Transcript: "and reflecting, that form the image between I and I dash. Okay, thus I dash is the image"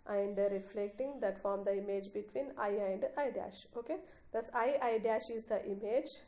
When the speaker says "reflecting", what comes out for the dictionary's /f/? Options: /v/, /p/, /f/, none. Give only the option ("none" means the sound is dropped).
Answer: /f/